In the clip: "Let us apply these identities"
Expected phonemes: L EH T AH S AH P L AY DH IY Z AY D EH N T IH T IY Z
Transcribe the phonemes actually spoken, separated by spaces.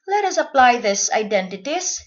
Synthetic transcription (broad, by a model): L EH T AH S AH P L AY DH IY S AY D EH N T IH T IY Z